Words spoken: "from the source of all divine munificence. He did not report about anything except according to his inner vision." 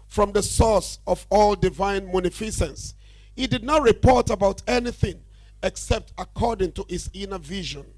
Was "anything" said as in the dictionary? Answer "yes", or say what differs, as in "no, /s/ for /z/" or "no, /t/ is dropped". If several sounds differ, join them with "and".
yes